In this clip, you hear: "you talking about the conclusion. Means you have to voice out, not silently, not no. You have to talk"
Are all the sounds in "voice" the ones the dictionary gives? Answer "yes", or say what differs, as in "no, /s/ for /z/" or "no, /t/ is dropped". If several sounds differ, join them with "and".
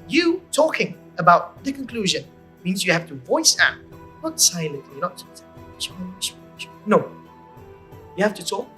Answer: yes